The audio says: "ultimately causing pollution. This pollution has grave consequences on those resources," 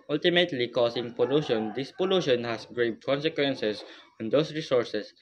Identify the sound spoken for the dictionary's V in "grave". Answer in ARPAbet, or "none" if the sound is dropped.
B